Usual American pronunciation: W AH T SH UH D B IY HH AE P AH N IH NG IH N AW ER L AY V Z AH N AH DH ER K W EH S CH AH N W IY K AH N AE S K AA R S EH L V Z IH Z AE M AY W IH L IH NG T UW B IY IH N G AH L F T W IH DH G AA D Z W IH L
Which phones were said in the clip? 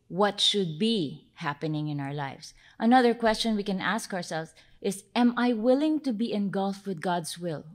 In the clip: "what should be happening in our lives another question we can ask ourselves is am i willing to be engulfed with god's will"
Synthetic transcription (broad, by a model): W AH T SH UH D B IY HH AE P AH N IH NG IH N AW ER L AY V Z AH N AH DH ER K W EH S CH AH N W IY K AH N AE S K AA R S EH L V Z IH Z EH M AY W IH L IH NG T UW B IY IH N G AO L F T W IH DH G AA D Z W IH L